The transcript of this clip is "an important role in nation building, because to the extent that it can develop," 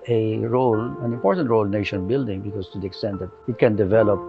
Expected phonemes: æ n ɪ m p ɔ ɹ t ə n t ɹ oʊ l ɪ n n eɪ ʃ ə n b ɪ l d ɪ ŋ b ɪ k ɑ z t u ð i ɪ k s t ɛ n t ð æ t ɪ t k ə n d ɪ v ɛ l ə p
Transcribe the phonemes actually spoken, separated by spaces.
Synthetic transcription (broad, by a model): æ n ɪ m p ɔ ɹ t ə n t ɹ oʊ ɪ l n eɪ ʃ ə n b ɪ l d ɪ ŋ b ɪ k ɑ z t u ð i ɪ k s t ɛ n t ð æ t ɪ t k ə n d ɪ v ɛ l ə p